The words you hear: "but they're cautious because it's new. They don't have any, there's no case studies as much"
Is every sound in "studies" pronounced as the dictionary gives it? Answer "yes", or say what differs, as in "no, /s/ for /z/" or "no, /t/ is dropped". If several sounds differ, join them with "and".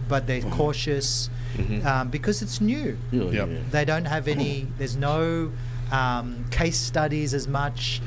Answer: yes